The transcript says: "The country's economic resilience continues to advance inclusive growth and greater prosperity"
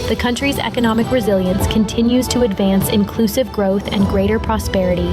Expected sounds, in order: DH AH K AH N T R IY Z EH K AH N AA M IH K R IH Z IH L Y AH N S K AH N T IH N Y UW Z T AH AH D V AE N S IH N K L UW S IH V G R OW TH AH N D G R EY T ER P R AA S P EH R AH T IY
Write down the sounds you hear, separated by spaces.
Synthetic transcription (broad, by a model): DH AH K AH N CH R IY Z EH K AH N AA M IH K R IH Z IH L Y AH N S K AH N T IH N Y UW Z T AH AH D V AE N S IH N K L UW S IH V G R OW TH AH N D G R EY T ER P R AA S P EH R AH T IY